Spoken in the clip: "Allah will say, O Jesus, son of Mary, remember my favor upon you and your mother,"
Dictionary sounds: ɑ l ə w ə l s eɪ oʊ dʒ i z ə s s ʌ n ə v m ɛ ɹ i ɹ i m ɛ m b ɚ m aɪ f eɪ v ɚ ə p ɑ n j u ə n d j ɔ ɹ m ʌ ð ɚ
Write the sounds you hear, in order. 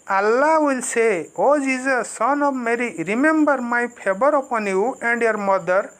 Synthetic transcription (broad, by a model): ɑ l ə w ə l s eɪ oʊ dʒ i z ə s s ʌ n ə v m ɛ ɹ i ɹ i m ɛ m b ɚ m aɪ p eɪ b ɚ ə p ɑ n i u ə n d j ɔ ɹ m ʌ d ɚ